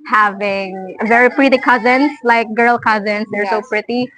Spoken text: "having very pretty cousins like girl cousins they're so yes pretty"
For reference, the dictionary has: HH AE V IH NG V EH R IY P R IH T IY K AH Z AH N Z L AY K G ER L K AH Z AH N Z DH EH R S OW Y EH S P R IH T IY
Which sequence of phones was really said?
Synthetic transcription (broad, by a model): HH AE V IH NG V EH R IY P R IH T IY K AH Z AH N S L AY K G ER L K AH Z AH N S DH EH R S OW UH P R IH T IY